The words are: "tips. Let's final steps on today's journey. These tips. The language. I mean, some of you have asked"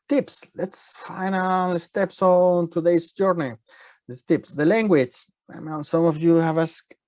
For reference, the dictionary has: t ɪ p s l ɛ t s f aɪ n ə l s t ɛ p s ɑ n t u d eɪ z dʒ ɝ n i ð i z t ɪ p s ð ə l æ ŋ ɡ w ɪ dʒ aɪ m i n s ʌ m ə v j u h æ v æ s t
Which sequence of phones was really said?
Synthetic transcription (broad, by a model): t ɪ p s l ɛ t s f aɪ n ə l s t ɛ p s ɑ n t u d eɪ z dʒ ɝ n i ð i t ɪ p s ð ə l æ ŋ ɡ w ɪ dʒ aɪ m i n s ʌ m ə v j u h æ v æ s